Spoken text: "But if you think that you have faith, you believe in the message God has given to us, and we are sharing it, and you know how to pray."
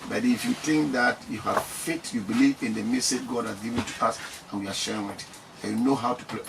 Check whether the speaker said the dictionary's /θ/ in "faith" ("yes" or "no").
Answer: no